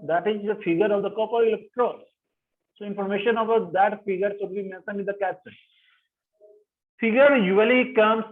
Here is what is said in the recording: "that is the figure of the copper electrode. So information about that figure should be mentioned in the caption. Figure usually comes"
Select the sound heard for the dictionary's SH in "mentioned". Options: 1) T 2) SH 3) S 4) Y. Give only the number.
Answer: 3